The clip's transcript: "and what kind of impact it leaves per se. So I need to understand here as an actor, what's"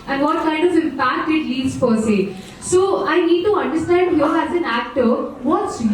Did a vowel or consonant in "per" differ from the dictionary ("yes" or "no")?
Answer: yes